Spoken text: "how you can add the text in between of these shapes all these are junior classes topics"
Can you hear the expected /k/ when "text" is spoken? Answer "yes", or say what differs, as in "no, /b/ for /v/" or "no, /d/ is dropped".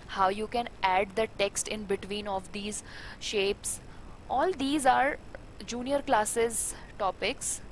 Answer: yes